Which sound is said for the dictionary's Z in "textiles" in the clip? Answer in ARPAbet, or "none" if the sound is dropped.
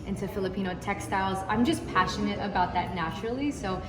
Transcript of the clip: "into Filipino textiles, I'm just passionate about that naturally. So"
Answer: Z